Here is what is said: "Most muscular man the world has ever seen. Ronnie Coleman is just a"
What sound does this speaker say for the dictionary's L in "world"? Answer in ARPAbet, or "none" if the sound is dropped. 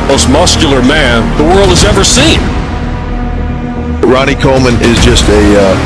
L